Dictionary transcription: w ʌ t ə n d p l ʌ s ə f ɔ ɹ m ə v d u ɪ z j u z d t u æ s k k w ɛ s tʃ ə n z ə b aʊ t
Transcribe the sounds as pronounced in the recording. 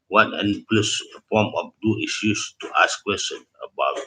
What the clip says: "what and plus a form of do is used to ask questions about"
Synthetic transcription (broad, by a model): w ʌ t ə n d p l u s ə p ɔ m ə f d u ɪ s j u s t u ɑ s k k w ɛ s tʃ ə n ə b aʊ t